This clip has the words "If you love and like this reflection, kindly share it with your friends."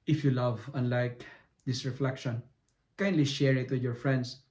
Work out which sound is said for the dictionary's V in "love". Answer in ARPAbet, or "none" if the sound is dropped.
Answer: V